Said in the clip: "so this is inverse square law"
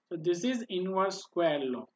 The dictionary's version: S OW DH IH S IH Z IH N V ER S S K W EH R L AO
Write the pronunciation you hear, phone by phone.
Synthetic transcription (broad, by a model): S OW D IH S IH Z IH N W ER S S K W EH L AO